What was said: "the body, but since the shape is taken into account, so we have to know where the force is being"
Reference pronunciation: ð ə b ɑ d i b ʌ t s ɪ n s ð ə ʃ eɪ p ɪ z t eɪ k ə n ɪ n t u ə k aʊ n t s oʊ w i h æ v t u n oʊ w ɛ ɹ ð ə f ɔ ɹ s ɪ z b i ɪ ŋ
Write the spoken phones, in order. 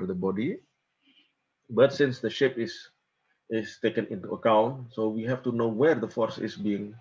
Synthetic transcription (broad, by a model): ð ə b ɑ d i b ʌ t s ɪ n s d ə ʃ eɪ p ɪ s t eɪ k ə n ɪ n t u ə k aʊ n t s oʊ w i h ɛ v t u n oʊ w ɛ ɹ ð ə f ɔ ɹ s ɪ s b i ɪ ŋ